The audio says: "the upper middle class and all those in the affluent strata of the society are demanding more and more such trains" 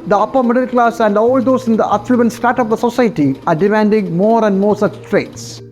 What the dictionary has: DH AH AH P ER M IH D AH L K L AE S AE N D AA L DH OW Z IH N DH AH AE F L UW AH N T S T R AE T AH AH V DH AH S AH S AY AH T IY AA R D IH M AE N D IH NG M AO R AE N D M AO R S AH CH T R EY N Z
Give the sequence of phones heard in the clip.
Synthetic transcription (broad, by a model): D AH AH P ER M IH D AH L K L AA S AE N D AA L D OW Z IH N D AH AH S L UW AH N S T AA T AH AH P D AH S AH S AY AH T IY AA R D IH M AE N D IH NG M AO R AE N D M AO R S AH CH T R EY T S